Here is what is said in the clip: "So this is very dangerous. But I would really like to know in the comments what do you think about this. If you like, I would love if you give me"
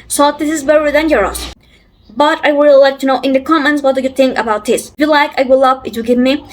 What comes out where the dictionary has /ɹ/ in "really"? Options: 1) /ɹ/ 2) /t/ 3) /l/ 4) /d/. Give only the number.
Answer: 3